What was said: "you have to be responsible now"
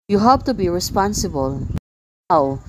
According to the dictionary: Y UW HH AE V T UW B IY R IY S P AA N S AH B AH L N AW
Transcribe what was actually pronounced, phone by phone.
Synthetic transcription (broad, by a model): Y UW HH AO P T UW B IY R IY S P AA N S AH B AH L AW